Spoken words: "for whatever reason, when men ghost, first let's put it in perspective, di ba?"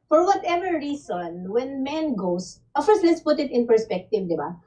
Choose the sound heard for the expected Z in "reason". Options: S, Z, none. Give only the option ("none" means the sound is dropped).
S